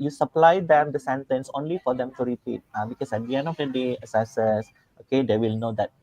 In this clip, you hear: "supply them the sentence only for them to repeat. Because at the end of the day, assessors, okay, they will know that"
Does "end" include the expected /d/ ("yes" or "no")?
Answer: no